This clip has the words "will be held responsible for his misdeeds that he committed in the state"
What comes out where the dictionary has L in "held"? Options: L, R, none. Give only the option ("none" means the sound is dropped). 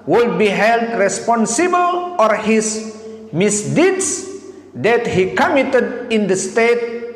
L